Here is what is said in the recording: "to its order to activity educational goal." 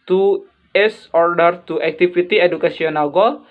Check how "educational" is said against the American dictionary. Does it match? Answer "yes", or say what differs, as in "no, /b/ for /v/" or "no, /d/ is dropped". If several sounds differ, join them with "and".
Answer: no, /s/ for /ʃ/